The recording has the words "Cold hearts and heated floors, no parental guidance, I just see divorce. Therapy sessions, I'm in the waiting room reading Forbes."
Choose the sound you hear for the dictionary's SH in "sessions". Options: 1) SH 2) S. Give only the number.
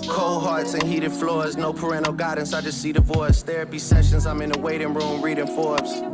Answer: 1